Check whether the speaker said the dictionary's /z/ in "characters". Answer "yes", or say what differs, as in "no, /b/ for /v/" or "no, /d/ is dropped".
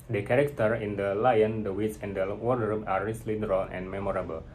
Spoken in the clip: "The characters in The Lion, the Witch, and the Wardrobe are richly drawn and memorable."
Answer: no, /z/ is dropped